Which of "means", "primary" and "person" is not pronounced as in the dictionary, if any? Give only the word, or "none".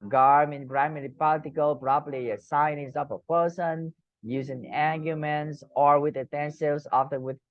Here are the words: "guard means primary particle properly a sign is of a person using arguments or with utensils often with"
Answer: means